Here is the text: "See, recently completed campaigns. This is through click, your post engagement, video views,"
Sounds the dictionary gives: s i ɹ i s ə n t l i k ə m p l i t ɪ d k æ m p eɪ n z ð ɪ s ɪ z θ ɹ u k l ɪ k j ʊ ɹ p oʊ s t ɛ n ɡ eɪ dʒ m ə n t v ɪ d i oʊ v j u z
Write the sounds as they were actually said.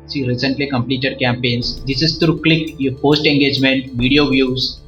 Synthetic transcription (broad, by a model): s i ɹ i s ə n t l i k ə m p l i t ɪ d k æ m p eɪ n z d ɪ s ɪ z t ɹ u k l ɪ k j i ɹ p oʊ s t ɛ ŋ ɡ eɪ dʒ m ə n t v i d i oʊ v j u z